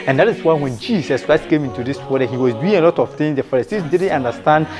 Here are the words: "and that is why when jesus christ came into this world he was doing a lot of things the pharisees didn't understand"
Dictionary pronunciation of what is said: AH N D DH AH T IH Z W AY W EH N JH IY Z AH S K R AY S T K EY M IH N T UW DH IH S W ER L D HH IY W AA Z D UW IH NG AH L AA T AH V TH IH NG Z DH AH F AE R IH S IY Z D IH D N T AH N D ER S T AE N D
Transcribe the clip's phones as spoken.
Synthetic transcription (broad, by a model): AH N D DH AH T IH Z W AY W EH N JH IY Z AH S K R AY S T K EY M IH N T UW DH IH S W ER D HH IY W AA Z D UW IH NG AH L AA T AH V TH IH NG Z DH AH F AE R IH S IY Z D IH D N T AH N D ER S T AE N D